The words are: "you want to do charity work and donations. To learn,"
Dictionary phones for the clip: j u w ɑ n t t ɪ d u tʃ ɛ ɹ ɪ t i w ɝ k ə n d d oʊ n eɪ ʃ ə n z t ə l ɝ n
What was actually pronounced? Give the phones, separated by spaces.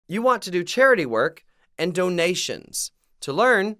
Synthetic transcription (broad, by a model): j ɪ w ɑ n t t ɪ d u tʃ ɛ ɹ ɪ t i w ɝ k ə n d d oʊ n eɪ ʃ ə n z t ə l ɝ n